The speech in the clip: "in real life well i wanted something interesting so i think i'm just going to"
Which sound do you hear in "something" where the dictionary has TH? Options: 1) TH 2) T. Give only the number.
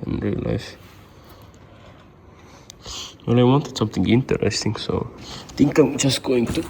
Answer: 2